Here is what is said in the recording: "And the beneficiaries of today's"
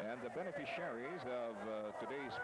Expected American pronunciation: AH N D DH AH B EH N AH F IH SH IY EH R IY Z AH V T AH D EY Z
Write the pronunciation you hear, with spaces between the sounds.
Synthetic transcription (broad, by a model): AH N DH AH B EH N AH F IH SH IY EH R IY Z AH V T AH D EY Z